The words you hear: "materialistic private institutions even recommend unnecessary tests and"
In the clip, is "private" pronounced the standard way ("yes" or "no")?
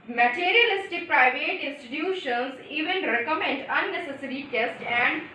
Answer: yes